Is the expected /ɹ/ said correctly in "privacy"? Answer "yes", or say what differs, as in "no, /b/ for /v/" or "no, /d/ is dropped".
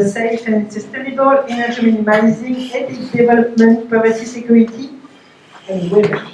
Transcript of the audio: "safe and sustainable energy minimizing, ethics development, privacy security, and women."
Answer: no, /ɹ/ is dropped